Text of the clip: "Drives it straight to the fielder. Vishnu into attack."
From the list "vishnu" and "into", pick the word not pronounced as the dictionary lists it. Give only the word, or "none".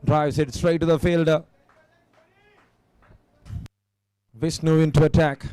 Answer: vishnu